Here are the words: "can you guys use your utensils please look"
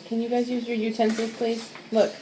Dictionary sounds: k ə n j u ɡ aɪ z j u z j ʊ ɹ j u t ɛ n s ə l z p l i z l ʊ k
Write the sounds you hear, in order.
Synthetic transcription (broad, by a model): k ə n j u ɡ aɪ z j u z j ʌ ɹ j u t ɛ n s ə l p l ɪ s l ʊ k